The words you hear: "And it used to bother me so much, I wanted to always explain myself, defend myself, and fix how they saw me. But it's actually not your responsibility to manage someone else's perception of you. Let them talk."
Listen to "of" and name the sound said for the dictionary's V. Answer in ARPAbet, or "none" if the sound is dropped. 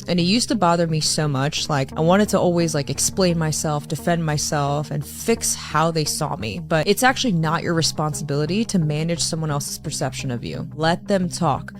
V